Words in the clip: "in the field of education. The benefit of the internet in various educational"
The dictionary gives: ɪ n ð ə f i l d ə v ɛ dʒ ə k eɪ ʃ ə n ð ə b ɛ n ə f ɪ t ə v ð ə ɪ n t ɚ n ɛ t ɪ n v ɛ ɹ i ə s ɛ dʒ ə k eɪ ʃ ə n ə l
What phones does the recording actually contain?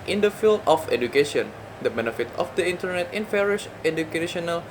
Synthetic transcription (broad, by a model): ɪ n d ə f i l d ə f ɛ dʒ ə k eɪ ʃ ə n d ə b ɛ n ə f ɪ t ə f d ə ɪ n t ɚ n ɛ t ɪ n f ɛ ɹ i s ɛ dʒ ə k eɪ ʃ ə n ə l